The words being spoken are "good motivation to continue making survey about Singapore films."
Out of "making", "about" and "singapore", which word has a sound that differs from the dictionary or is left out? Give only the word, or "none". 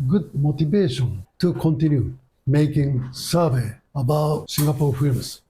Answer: singapore